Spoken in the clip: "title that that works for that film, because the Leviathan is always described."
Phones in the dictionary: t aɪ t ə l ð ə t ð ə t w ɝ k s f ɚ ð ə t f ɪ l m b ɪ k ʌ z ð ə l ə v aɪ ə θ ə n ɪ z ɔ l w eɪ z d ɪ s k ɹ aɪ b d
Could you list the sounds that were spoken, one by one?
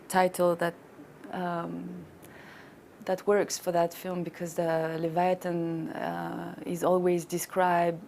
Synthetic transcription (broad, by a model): t aɪ t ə l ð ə t ð ə t w ɝ k s f ɚ ð ə t f ɪ l m b ɪ k ʌ z ð ə l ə v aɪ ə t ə n ɪ z ɔ l w eɪ z d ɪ s k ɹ aɪ b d